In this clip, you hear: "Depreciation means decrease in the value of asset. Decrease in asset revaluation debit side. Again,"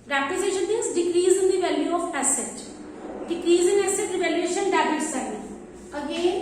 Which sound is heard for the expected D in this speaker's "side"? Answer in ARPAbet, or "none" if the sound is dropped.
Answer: none